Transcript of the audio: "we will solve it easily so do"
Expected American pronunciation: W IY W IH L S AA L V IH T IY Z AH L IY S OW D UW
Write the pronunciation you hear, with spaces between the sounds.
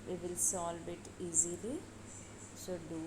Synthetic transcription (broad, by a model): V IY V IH L S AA L B IH T IY Z AH L IY S OW D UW